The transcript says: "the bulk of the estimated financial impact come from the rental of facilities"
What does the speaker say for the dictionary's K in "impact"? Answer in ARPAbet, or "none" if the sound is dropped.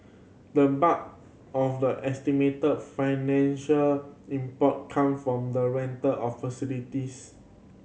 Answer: none